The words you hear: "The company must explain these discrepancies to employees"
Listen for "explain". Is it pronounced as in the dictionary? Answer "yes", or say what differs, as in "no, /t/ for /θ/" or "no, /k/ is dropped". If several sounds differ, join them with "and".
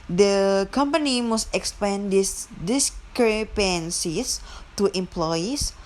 no, /l/ is dropped